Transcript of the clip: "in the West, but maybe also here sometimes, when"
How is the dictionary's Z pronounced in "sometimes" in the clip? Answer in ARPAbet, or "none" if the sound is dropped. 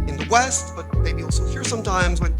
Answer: Z